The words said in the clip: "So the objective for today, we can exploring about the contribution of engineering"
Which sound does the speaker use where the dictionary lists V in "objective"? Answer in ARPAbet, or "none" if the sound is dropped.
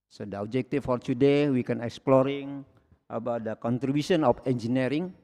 F